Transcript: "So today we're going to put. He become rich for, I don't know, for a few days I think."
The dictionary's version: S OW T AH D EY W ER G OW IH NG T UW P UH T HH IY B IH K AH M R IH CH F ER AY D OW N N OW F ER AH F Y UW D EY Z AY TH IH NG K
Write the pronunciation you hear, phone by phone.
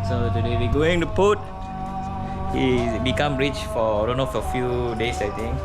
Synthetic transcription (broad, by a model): S OW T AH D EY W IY G OW IH NG T UW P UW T HH IY B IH K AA M R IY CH F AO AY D OW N N OW F AH F Y UW D EY S AY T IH NG K